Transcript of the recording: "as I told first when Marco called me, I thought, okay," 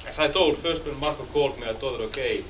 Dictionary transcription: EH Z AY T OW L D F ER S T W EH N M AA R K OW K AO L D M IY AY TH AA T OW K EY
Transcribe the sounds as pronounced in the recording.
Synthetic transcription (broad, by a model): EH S AY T OW L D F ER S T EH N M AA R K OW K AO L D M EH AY T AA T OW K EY